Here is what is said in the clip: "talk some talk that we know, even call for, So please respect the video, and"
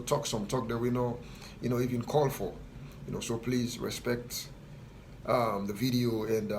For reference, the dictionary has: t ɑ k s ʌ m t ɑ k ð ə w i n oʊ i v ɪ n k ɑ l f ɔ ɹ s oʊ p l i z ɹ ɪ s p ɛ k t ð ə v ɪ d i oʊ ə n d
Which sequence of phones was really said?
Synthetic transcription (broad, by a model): t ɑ k s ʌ m t ɑ k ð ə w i n oʊ i v ɪ n k ɑ l f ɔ ɹ s oʊ p l i z ɹ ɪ s p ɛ k t ð ə v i d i oʊ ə n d